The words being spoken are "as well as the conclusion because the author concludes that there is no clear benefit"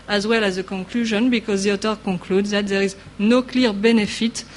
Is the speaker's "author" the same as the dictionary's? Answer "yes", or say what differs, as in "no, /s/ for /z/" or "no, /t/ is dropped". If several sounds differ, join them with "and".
no, /t/ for /θ/